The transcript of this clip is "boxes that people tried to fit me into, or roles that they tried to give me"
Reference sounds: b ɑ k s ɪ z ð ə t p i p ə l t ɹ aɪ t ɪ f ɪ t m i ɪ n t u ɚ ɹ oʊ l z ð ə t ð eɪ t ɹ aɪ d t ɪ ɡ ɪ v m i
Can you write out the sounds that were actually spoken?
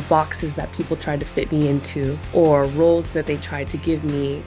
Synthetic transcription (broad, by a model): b ɑ k s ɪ z ð ə t p i p l t ɹ aɪ t ɪ f ɪ t m i ɪ n t u ɚ ɹ oʊ l z ð ə t ð eɪ t ɹ aɪ d t ɪ ɡ ɪ v m i